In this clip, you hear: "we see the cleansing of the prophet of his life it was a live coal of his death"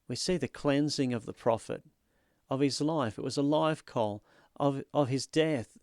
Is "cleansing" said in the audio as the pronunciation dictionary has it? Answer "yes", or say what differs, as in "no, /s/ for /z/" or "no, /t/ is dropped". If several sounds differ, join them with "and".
yes